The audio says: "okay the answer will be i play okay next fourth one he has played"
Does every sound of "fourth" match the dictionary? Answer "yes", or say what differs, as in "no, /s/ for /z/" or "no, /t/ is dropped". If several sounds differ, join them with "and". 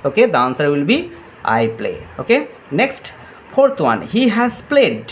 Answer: no, /t/ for /θ/